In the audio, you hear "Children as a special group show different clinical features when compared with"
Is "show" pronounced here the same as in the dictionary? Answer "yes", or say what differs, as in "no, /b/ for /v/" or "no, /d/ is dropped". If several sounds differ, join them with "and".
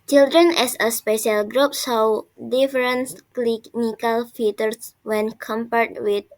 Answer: no, /s/ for /ʃ/